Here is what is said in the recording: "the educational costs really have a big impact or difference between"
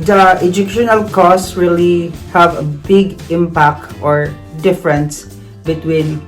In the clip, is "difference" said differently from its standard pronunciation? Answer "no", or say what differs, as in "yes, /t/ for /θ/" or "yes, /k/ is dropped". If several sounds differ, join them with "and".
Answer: no